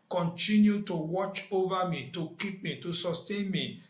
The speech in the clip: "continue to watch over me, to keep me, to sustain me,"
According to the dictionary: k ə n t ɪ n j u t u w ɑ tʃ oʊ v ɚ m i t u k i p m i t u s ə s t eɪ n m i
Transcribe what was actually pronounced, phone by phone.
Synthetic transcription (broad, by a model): k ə n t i n j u t u w ɑ tʃ oʊ v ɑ m i t u k i p m i t u s ə s t eɪ n m i